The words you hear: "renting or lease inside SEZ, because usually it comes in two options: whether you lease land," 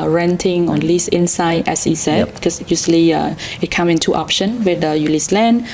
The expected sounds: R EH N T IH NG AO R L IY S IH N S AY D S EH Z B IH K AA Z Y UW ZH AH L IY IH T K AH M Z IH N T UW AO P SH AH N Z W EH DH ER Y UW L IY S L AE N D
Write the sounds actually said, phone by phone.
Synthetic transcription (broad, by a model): R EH N T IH NG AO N L IY S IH N S AY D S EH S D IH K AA S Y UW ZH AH L IY IH T K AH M IH N T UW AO P SH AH N W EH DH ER Y UW L IY S L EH N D